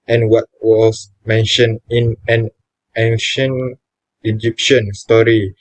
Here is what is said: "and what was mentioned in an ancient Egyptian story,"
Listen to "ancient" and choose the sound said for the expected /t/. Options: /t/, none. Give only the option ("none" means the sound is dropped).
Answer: none